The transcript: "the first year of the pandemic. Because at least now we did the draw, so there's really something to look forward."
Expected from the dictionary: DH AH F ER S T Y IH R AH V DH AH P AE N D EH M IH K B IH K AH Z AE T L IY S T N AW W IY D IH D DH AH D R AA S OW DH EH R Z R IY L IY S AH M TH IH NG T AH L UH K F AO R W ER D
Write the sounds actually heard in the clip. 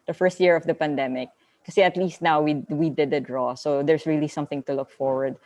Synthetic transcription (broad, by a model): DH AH F ER S T Y IH R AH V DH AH P AE N D EH M IH K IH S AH AH T L IY S T N AW W IY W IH D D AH D R AA S OW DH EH R S R IY L IY S AH M TH IH NG T AH L UH K F AO R W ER D